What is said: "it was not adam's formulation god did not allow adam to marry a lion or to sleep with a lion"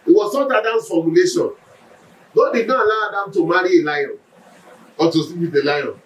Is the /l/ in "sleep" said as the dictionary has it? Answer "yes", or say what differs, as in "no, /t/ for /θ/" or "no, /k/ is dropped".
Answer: no, /l/ is dropped